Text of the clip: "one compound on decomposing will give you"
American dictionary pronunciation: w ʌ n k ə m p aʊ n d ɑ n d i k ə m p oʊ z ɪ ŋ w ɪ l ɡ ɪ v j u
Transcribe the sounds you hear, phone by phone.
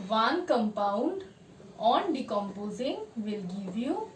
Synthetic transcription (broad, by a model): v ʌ n k ə m p aʊ n d ɑ n d i k ə m p oʊ z ɪ ŋ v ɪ l ɡ ɪ v j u